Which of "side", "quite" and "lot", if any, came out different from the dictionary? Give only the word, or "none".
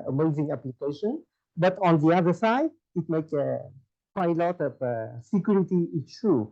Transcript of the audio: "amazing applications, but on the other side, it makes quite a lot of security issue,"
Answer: quite